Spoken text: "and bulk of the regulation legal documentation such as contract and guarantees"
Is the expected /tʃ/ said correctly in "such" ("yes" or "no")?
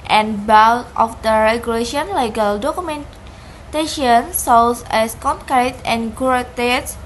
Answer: no